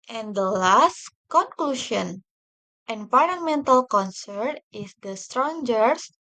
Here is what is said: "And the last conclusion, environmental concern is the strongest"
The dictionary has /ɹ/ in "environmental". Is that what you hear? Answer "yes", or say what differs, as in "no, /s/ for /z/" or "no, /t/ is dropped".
no, /l/ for /ɹ/